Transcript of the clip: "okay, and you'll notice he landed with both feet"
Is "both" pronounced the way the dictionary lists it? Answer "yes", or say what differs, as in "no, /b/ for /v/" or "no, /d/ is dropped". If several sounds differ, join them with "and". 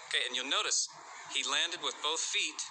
yes